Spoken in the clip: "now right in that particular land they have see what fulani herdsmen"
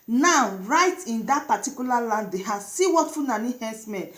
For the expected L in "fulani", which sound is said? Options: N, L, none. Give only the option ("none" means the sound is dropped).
N